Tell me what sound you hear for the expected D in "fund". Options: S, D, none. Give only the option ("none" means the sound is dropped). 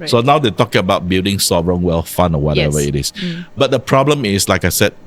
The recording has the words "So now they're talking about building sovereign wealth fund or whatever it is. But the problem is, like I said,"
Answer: none